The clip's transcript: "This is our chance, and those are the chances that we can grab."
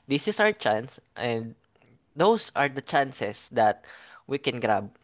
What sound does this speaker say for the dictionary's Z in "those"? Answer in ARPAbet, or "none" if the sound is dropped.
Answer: S